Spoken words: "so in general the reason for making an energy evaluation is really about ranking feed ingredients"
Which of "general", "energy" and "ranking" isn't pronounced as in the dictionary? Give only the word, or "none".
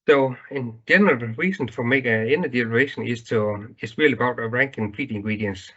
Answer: energy